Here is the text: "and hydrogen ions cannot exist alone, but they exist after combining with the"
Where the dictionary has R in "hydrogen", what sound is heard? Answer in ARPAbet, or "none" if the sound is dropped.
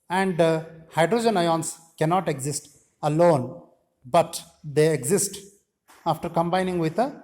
R